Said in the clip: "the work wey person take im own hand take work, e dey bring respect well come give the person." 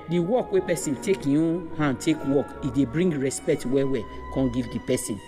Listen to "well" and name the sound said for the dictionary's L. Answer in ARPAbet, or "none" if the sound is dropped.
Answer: W